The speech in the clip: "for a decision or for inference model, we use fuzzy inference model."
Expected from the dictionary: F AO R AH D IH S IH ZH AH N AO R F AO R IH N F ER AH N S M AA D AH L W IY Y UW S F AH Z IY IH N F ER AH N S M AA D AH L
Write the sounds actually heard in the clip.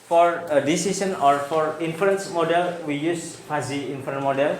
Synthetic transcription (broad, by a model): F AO R AH D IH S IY S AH N AO R F AO R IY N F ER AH N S M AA D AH L W IY Y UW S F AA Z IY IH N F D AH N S M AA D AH L